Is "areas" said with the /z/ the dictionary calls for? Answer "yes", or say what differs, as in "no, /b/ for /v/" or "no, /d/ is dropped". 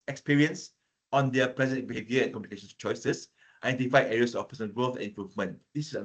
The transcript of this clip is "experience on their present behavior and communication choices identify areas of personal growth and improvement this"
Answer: no, /s/ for /z/